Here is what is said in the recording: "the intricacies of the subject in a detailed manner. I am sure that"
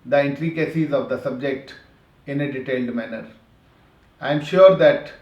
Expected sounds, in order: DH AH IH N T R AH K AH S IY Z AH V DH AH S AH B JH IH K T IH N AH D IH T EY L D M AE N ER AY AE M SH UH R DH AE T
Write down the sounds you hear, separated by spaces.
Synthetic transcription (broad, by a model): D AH IH N T R AH K AH S IY Z AH V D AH S AH B JH IH K T IH N AH D IH T EY L D M AE N ER AY M SH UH R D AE T